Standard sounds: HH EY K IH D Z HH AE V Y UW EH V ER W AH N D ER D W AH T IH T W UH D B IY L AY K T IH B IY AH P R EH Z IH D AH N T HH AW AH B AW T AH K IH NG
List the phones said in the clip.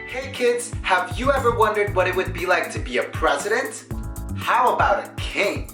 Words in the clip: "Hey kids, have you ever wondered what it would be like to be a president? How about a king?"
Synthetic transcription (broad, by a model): HH EY K IH D Z HH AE V Y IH EH V ER W AH N D ER D W AH T IH T W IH D B IY L AY K T IH B IY AH P R EH Z IH D AH N T HH AW AH B AW T AH K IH NG